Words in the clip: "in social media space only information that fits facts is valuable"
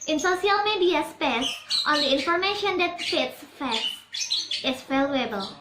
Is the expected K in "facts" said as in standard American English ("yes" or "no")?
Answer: no